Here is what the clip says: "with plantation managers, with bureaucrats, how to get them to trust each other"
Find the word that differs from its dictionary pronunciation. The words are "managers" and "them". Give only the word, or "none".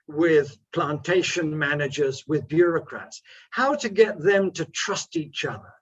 none